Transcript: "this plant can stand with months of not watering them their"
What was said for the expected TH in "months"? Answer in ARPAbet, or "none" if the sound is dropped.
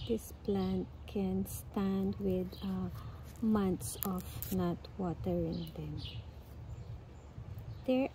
T